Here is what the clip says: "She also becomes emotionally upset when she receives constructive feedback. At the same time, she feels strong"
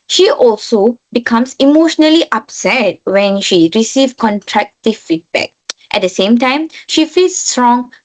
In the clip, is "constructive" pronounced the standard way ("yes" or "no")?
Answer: no